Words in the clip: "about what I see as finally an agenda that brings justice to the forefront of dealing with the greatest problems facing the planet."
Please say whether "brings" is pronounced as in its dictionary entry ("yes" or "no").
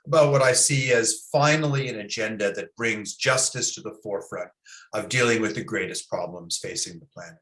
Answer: yes